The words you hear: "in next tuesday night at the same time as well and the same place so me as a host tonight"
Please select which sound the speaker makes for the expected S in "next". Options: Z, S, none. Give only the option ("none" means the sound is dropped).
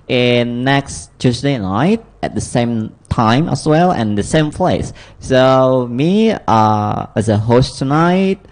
S